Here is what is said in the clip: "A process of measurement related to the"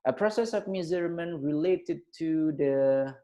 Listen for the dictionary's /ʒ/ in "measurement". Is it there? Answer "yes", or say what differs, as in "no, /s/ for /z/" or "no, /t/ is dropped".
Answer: no, /z/ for /ʒ/